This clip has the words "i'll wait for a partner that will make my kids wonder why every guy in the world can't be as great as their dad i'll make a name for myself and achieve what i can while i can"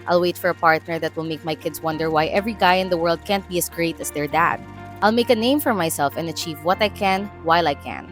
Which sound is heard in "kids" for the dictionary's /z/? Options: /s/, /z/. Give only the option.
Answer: /s/